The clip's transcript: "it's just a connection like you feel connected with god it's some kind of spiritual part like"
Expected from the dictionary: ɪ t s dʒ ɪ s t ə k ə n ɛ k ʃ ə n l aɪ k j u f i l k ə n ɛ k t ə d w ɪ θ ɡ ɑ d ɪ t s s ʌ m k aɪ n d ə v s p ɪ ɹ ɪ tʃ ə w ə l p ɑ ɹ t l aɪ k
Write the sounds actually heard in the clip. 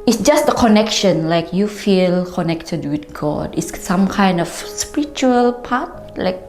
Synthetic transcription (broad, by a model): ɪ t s dʒ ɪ s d ə k ə n ɛ k ʃ ə n l aɪ k j u f i l k ə n ɛ k t ə d w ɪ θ ɡ ɑ d ɪ t s s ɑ m k aɪ n d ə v s p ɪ ɹ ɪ tʃ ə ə l p ɑ t l aɪ k